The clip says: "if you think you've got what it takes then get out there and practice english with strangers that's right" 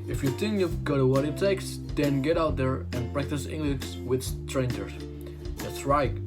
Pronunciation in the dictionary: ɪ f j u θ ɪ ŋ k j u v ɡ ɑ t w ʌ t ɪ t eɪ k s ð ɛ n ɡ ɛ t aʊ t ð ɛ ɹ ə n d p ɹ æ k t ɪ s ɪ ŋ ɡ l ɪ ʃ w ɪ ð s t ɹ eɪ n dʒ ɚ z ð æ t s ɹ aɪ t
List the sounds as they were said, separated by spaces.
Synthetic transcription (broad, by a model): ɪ f j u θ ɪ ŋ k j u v ɡ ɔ t w ʌ t ɪ t eɪ k s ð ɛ n ɡ ɛ t aʊ t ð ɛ ɹ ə n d p ɹ æ k t ɪ s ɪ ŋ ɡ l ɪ s w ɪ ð s t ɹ eɪ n dʒ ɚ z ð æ t s ɹ aɪ t